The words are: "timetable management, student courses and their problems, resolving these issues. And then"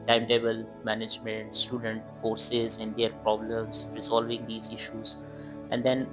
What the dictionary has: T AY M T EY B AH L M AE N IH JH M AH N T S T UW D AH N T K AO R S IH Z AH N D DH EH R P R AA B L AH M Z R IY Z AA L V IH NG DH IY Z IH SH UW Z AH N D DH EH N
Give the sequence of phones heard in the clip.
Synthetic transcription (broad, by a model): T AY M T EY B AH L M AE N IH JH M AH N T S T UW D AH N T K AO R S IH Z AH N D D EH R P R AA B L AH M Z R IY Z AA L V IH NG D IY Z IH SH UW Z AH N D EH N